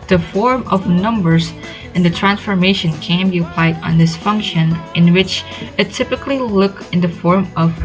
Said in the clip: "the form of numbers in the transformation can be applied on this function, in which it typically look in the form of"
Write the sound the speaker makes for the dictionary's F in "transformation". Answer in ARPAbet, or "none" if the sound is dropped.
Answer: F